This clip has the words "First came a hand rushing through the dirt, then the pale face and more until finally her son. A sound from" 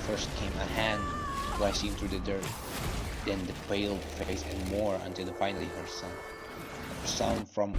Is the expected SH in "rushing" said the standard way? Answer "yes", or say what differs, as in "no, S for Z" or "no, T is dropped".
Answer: no, SH is dropped